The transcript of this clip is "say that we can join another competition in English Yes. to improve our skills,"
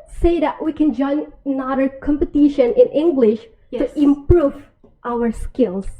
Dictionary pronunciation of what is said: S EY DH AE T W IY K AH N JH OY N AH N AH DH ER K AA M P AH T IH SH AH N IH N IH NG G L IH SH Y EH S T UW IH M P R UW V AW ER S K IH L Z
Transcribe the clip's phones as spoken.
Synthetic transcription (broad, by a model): S EY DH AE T W IY K AH N JH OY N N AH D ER K AA M P AH T IH SH AH N IH N IH NG G L IH SH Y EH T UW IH M P R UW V AW ER S K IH L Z